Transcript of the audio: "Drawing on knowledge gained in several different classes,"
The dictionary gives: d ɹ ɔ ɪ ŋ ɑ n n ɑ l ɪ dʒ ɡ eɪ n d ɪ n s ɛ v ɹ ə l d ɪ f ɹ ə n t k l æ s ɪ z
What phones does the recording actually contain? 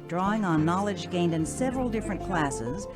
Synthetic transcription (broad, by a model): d ɹ ɔ ɪ ŋ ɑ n n ɑ l ɪ dʒ ɡ eɪ n d ɪ n s ɛ v ɹ ə l d ɪ f ɹ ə n k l æ s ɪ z